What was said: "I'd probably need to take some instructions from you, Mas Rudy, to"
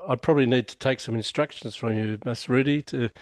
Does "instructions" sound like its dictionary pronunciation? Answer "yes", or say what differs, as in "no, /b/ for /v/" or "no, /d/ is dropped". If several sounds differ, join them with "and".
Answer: yes